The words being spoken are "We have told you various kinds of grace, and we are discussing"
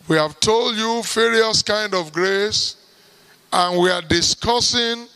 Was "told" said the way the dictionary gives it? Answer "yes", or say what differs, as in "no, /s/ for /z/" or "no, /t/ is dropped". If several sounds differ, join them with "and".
yes